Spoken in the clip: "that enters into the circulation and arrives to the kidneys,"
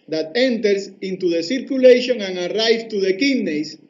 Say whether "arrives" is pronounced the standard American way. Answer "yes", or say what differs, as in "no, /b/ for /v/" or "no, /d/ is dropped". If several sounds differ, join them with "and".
no, /z/ is dropped